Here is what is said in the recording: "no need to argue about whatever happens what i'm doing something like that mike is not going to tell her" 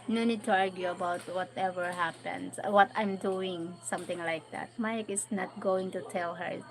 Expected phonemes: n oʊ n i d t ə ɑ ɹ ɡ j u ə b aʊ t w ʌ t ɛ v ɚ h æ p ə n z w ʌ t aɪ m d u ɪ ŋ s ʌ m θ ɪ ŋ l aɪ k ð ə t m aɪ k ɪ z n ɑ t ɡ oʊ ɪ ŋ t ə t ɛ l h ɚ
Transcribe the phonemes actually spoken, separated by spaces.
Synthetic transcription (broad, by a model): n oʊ n i d t ə ɑ ɹ ɡ j u ə b aʊ t w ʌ t ɛ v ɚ h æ p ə n s w ʌ t aɪ m d u ɪ ŋ s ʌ m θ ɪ ŋ l aɪ k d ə t m aɪ k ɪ s n ɑ t ɡ oʊ ɪ ŋ t ə t ɛ l h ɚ